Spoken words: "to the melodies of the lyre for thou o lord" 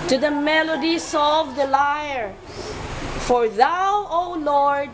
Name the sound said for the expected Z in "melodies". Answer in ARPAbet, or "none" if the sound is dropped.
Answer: S